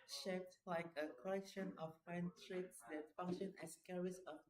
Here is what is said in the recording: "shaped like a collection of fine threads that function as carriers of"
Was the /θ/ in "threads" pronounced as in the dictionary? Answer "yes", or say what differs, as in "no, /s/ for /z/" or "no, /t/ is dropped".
no, /t/ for /θ/